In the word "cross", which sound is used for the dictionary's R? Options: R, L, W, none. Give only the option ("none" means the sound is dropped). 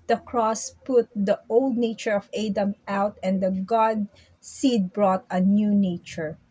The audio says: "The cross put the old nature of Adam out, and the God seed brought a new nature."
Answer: R